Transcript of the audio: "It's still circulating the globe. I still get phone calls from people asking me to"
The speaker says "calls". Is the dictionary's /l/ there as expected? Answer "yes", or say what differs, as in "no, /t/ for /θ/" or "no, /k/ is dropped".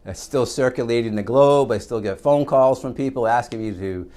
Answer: yes